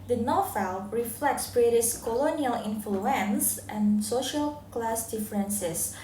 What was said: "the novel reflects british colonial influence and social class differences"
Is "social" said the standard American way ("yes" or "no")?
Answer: yes